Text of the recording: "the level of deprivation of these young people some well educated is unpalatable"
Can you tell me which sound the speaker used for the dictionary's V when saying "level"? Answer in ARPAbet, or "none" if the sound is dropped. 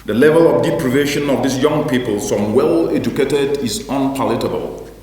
V